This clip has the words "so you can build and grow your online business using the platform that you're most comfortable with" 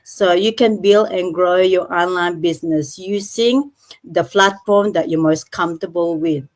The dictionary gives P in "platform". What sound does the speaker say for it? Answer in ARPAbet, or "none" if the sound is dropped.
F